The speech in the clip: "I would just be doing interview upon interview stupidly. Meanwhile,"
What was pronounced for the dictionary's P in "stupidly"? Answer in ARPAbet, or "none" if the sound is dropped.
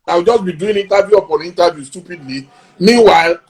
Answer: P